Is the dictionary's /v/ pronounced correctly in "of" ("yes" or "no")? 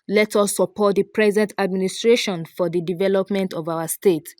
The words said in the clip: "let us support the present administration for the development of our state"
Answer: yes